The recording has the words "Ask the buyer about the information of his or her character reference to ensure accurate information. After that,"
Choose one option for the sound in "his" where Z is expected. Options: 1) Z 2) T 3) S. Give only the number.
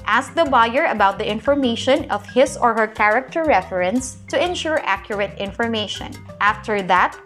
3